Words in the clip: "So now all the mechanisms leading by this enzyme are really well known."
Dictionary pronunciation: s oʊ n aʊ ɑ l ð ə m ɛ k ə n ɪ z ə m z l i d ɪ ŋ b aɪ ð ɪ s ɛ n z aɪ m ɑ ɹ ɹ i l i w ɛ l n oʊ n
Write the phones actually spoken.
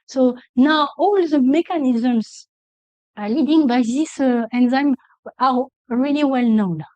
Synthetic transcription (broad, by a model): s oʊ n aʊ ɑ l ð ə m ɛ k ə n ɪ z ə m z l i d ɪ ŋ b aɪ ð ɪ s ɛ n z aɪ m ɑ ɹ ɹ i l i w ɛ l n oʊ n